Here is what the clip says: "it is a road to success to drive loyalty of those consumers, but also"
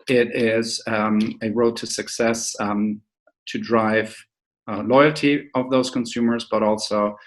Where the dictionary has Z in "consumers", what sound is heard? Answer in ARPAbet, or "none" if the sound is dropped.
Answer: Z